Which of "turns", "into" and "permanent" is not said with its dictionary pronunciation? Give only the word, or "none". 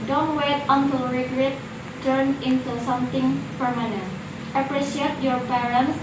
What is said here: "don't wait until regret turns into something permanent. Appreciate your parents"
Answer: turns